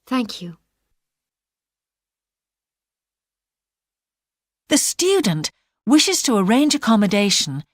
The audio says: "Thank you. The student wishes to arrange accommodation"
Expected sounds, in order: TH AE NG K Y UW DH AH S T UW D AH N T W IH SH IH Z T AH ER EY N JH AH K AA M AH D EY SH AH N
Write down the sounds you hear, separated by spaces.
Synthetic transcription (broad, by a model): TH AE NG K Y UW DH AH S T UW D N T W IH SH IH Z T AH ER EY N JH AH K AA M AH D EY SH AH N